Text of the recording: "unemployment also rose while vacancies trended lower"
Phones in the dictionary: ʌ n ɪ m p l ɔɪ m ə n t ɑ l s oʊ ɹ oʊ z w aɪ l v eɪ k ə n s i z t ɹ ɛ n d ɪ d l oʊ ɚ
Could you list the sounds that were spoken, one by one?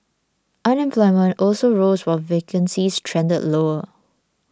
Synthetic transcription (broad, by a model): ʌ n ɪ m p l ɔɪ m ə n t ɑ l s oʊ ɹ oʊ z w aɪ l v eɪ k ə n s i s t ɹ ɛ n d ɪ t l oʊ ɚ